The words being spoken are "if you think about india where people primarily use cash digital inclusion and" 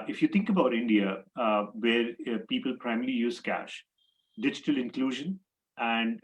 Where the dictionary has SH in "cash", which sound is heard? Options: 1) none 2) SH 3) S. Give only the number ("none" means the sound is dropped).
2